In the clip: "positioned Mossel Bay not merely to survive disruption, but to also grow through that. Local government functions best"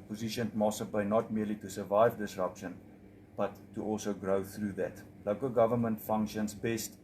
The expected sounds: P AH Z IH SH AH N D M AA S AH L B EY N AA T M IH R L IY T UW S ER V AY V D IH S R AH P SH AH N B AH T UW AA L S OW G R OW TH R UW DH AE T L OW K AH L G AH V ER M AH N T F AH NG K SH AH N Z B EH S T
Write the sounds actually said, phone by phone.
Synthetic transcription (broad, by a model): P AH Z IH SH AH N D M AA S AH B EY N AA T M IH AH L IY T UW S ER V AY V D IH S R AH P SH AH N B AH T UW AA L S OW G R OW TH R UW DH AE T L OW K AH L G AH V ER M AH N T F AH NG K SH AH N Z B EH S T